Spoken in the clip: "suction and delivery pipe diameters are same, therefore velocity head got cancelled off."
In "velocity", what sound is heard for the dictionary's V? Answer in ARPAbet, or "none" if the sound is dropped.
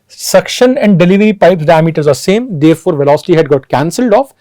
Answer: V